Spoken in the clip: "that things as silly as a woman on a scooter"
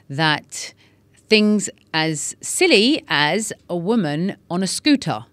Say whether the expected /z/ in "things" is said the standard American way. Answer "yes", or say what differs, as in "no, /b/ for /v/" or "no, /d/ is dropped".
yes